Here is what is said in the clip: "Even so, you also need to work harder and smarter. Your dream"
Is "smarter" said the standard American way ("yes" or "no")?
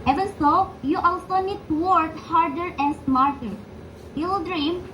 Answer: yes